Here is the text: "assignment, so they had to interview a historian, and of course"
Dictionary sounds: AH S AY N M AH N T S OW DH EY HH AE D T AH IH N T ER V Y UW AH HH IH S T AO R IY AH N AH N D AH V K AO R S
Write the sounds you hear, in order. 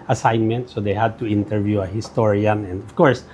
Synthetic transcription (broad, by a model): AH S AY N M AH N T S OW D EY HH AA D T AH IH N T ER V Y UW AH HH IH S T AO R IY AH N AH N D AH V K AO R S